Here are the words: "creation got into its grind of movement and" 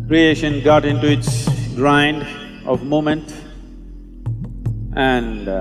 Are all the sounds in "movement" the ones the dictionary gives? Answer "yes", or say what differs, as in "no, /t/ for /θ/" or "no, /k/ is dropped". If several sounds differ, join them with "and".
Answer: no, /v/ is dropped